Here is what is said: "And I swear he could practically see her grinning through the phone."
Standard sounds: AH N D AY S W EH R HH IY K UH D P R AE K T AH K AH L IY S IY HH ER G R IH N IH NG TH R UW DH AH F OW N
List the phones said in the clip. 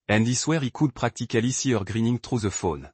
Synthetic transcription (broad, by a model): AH N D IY S W EH R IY K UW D P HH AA K T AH K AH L IY S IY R G R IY N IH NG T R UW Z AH F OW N